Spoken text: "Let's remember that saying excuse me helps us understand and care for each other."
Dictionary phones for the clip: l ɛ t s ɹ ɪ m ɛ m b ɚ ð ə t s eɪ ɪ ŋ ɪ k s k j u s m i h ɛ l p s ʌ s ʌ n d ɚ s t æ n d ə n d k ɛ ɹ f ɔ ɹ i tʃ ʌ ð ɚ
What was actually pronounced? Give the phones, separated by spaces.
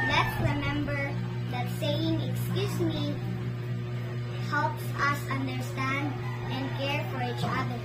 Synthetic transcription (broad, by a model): l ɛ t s ɹ ɪ m ɛ m b ɚ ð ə t s eɪ ɪ ŋ ɪ k s k j u s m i h ɛ l p s ʌ s ʌ n d ɚ s t æ n d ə n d k ɛ ɹ f ɔ ɹ i tʃ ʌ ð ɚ